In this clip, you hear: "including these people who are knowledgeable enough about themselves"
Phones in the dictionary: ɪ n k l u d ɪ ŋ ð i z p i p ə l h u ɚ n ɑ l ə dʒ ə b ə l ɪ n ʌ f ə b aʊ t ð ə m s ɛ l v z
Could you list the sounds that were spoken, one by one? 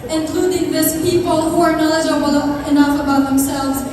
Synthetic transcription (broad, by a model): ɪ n k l u d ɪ ŋ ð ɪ s p i p ə l h u ɚ n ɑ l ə dʒ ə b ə l ɪ n ʌ f ə b aʊ t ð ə m s ɛ l v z